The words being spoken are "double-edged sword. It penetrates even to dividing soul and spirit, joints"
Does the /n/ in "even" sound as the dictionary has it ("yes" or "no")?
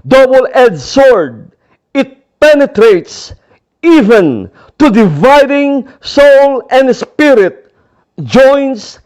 yes